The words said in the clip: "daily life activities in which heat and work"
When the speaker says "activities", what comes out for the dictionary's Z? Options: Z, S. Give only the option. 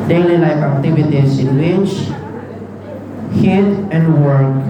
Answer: S